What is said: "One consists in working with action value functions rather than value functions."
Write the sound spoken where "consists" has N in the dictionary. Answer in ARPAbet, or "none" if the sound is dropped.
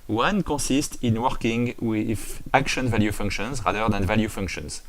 none